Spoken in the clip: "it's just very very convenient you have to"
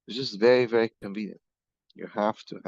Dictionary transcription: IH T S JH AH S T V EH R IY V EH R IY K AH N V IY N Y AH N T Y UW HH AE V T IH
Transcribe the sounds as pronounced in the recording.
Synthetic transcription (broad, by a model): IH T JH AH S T V EH R IY V EH R IY K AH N V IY N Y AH N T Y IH HH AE F T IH